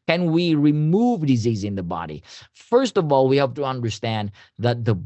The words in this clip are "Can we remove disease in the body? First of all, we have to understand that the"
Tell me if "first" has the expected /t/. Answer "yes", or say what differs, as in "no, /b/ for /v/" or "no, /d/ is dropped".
yes